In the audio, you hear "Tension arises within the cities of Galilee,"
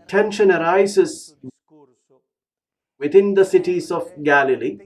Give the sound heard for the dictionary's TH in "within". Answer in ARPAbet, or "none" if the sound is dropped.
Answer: T